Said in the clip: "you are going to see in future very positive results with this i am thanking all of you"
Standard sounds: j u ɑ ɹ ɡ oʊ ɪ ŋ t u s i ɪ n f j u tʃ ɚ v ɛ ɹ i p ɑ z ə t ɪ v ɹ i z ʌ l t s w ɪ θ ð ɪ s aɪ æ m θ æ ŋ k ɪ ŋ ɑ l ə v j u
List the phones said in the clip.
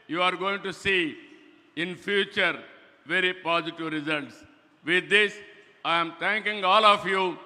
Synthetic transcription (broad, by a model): j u ɑ ɹ ɡ oʊ ɪ ŋ t u s i ɪ n f j u tʃ ɚ v ɛ ɹ i p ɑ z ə t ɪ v ɹ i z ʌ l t s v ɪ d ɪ s aɪ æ m t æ ŋ k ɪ ŋ ɑ l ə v j u